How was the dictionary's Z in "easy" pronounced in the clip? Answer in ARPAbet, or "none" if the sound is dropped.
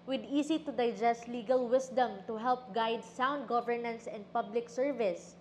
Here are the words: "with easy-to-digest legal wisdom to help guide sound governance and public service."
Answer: S